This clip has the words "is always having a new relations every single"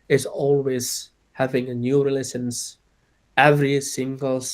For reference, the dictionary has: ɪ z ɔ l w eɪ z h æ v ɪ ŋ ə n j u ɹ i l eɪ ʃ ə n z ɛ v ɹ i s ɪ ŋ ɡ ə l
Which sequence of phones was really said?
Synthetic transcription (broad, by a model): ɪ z ɔ l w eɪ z h æ v ɪ ŋ ə n j u ɹ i l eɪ s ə n s ɛ v ɹ i s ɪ ŋ ɡ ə l